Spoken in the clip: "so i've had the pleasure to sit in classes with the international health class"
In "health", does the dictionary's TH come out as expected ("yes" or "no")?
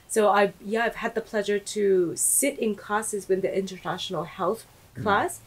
yes